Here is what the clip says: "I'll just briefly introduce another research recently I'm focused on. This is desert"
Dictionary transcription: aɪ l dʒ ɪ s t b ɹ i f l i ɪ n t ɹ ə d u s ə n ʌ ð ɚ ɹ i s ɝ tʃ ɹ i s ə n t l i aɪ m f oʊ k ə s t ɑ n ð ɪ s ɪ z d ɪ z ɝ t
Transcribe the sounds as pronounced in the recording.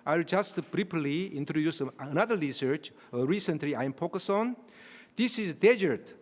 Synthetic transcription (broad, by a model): aɪ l dʒ ɪ s t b ɹ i p l i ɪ n t ɹ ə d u s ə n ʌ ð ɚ ɹ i s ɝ tʃ ɹ i s ə n t l i aɪ m p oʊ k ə s ɑ n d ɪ s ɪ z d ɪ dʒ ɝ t